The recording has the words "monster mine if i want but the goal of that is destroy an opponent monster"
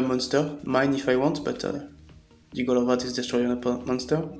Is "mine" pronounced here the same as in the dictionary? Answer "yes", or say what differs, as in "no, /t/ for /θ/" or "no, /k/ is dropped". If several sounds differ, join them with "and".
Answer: yes